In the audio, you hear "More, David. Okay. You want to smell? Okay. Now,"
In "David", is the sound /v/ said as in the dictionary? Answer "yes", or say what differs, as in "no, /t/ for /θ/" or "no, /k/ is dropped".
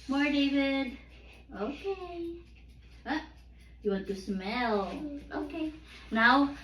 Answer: yes